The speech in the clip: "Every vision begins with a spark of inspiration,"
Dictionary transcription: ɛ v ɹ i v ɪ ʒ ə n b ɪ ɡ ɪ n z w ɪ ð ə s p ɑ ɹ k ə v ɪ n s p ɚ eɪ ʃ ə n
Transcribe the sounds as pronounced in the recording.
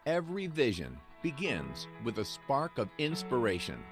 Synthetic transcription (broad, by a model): ɛ v ɹ i v ɪ ʒ ə n b ɪ ɡ ɪ n z w ɪ ð ə s p ɑ ɹ k ə v ɪ n s p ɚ eɪ ʃ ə n